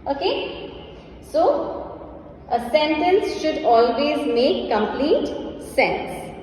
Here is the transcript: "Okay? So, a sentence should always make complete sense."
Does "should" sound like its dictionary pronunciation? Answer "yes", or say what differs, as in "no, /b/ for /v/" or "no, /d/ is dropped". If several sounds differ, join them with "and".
yes